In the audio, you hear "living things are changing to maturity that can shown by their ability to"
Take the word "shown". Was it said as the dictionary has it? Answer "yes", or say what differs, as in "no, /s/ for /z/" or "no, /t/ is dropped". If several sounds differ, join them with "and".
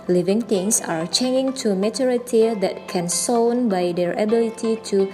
no, /s/ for /ʃ/